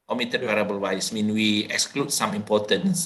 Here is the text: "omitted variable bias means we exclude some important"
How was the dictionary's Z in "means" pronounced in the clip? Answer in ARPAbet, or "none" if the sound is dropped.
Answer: none